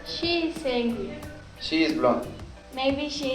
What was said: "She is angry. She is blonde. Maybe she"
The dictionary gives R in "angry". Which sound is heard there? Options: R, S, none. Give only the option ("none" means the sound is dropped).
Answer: none